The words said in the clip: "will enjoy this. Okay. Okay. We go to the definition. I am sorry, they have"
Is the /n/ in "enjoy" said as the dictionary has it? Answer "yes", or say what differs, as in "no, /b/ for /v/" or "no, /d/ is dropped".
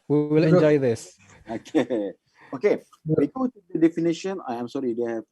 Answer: no, /l/ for /n/